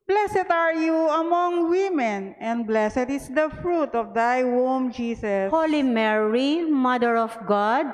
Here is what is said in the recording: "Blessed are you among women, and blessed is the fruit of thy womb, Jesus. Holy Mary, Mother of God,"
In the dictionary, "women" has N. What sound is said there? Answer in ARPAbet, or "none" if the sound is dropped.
N